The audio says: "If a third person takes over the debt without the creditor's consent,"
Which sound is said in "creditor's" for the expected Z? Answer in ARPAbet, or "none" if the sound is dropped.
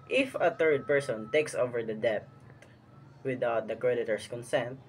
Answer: S